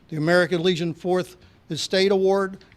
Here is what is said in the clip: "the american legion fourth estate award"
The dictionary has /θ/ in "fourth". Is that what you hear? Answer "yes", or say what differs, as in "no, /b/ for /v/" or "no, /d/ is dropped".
yes